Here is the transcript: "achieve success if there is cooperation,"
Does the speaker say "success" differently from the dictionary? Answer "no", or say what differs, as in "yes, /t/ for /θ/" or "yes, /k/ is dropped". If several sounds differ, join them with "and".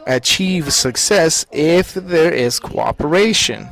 no